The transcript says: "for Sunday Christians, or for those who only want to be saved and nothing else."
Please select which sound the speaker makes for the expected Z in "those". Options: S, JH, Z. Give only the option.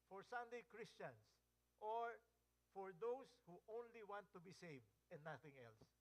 S